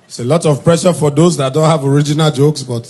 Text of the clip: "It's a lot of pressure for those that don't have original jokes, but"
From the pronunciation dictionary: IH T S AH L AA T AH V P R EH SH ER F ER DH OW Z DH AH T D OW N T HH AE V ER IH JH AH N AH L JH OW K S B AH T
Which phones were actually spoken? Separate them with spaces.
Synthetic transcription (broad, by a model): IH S AH L AA T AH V P R EH SH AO F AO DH OW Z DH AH T D OW N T HH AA V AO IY JH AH N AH L JH OW K S B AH T